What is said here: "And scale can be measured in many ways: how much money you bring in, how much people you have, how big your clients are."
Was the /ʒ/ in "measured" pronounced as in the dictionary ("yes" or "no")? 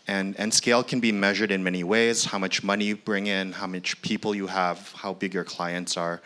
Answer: yes